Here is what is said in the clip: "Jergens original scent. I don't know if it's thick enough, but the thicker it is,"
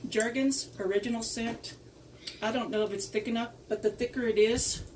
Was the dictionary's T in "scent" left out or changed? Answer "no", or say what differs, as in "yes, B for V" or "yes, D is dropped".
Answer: no